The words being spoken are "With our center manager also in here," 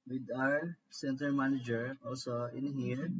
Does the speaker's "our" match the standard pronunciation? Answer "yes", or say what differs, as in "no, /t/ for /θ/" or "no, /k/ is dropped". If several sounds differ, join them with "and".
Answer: yes